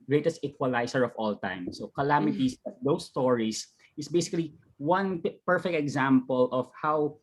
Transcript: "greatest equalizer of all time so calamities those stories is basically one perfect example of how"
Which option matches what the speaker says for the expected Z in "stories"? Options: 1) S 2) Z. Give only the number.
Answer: 1